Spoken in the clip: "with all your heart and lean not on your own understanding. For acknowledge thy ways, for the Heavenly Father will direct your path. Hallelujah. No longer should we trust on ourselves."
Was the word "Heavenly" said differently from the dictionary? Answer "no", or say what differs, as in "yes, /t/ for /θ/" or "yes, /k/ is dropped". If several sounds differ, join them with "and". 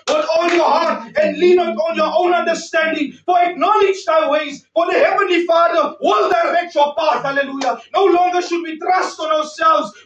no